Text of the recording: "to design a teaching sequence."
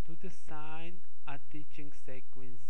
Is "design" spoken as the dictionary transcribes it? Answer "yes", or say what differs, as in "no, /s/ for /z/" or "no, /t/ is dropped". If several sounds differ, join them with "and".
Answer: no, /s/ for /z/